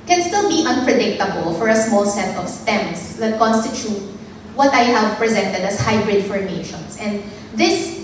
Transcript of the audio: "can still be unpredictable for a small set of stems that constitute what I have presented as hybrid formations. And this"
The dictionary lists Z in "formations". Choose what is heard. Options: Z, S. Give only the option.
S